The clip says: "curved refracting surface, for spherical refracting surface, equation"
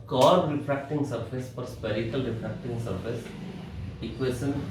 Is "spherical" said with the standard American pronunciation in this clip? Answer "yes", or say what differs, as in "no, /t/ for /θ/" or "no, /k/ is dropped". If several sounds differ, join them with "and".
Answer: no, /p/ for /f/